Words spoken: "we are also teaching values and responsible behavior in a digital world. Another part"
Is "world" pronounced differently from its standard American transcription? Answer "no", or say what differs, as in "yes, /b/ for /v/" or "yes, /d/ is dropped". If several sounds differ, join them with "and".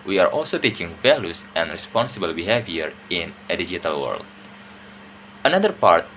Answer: no